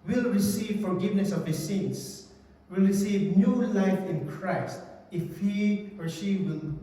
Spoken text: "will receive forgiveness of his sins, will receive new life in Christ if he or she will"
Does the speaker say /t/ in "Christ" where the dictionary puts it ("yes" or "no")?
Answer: yes